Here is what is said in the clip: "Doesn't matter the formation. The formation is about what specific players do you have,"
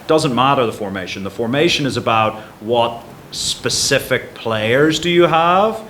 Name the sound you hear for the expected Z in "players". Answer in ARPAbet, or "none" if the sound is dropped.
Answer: Z